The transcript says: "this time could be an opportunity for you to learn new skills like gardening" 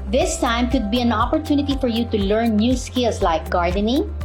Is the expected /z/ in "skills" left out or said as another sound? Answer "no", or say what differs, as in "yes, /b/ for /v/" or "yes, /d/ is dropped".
yes, /s/ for /z/